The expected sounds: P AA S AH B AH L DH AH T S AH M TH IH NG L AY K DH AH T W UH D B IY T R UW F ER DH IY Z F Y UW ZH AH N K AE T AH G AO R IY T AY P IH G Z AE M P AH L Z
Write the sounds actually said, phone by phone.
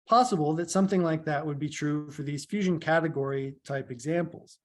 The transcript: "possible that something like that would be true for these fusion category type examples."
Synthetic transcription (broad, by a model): P AA S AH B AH L DH AH T S AH M TH IH NG L AY K DH AH T W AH D B IY T R UW F ER DH IY Z F Y UW ZH AH N K AE T AH G AO R IY T AY P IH G Z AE M P L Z